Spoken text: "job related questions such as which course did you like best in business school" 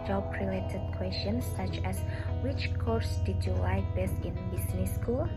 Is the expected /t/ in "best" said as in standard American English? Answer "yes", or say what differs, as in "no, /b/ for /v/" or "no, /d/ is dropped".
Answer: no, /t/ is dropped